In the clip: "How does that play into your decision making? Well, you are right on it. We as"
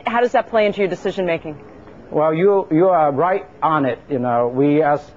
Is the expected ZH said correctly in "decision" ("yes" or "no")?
yes